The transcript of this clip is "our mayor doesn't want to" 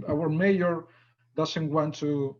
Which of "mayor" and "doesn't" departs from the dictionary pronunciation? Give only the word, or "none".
doesn't